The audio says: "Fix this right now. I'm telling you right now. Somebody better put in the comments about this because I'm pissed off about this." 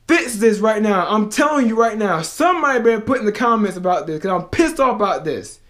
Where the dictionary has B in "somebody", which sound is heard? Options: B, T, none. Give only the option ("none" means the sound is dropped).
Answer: none